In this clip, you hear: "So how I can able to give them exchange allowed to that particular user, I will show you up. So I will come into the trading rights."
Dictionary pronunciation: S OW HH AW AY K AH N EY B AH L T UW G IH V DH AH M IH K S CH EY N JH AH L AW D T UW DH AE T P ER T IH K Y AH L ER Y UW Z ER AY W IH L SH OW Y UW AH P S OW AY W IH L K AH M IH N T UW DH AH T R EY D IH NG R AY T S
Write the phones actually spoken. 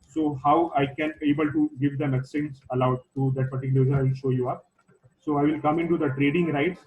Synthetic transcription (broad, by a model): S OW HH AW AY K AH N EY B AH L T UW G IH V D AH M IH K S EY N Z AH L AW D T UW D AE T P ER T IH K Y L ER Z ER AY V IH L SH OW Y UW AH P S OW AY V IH L K AH M IH N T UW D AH T R EY D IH NG R AY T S